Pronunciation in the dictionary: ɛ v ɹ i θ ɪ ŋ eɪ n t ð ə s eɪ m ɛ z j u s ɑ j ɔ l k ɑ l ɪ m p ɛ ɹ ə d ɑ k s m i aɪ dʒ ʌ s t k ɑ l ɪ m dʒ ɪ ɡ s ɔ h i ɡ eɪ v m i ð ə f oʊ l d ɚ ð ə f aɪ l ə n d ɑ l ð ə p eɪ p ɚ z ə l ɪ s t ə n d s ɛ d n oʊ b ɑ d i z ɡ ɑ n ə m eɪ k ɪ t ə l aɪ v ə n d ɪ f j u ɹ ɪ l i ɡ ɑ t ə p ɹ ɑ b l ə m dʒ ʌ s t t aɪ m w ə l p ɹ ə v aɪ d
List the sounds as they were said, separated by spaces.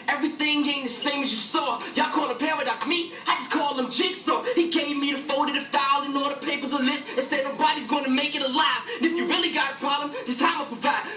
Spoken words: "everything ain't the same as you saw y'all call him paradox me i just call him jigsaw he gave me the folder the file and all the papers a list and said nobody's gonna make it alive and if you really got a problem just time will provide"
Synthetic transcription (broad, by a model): ɛ v ɹ i θ ɪ ŋ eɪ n ð ə s eɪ m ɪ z j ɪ s ɑ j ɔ k ɑ l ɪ p ɛ ɹ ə d ɑ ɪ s m i aɪ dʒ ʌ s k ɑ l ɪ m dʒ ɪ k s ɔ h i ɡ eɪ v m i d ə f oʊ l d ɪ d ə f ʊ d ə n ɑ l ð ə p eɪ p ɚ z ə l ɪ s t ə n s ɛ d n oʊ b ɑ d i z ɡ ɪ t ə m eɪ k ɪ t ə l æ f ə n ɪ f j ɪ ɹ ɪ l i ɡ ɑ t ə p ɹ ɑ b l ə m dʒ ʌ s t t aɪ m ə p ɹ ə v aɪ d